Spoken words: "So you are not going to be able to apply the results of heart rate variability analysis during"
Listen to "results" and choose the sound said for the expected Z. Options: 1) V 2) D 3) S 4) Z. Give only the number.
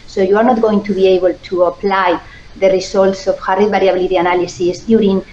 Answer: 3